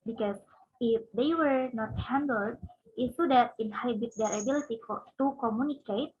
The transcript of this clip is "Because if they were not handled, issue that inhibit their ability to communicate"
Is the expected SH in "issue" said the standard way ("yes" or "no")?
no